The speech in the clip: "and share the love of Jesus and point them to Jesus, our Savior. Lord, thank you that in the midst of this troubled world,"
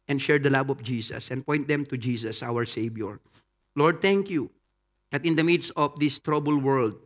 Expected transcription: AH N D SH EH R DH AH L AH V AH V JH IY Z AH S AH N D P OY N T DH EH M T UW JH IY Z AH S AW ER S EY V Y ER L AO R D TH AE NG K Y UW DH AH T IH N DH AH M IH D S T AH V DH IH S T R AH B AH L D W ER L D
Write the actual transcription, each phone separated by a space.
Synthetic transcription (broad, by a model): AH N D SH EH R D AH L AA B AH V JH IY S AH S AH N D P OY N T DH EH M T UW JH IY S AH S AW ER S EY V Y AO L AO R D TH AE NG K Y UW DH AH T IH N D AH M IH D S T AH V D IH S T R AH B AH L W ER L D